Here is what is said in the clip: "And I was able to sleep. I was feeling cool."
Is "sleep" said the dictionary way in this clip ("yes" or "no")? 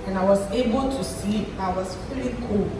no